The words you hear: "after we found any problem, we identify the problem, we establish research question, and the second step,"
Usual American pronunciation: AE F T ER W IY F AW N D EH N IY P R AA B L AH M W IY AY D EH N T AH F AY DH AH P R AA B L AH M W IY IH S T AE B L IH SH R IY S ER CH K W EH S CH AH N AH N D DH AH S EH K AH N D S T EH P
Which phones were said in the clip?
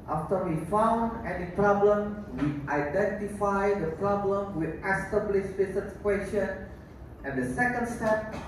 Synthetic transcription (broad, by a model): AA F T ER W IY F AW N D EH N IY P R AA B L AH M W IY AY D EH N T AH F AY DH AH P R AA B L AH M W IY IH S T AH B L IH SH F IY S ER S K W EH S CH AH N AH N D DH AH S EH K AH N D S T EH P